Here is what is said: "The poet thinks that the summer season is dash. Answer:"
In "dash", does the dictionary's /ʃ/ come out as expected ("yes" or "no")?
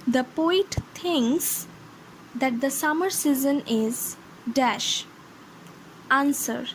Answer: yes